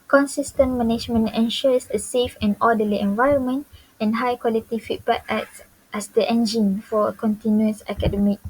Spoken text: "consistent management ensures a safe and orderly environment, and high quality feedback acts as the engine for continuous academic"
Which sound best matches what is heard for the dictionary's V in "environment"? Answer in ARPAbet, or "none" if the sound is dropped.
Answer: V